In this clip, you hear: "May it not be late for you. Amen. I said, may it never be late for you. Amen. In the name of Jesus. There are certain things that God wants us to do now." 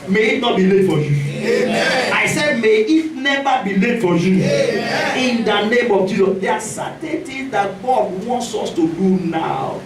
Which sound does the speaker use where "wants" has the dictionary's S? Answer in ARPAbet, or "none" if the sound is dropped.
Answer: S